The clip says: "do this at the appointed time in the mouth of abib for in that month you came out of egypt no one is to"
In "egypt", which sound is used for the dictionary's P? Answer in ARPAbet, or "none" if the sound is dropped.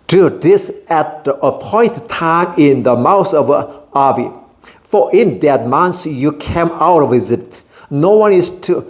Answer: none